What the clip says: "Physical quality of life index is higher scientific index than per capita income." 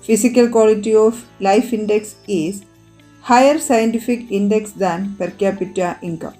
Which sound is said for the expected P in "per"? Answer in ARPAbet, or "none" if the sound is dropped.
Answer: P